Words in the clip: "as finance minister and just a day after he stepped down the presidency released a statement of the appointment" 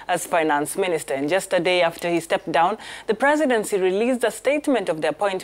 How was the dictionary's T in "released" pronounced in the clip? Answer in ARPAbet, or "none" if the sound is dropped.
none